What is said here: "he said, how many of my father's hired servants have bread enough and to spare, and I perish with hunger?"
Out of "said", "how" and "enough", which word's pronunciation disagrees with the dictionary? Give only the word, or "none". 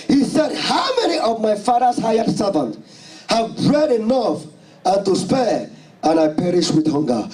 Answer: none